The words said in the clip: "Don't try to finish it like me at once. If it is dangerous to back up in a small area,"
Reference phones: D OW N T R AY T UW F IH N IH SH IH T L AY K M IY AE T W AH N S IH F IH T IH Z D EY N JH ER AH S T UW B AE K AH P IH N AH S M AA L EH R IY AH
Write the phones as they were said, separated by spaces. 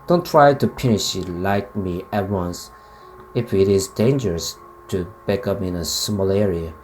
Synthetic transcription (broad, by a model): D OW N T R AY T UW P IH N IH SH IH T L AY K M IY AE T W AH N S IH F IH T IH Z D EY N JH ER AH S T UW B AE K AH P IH N AH S M AA L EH R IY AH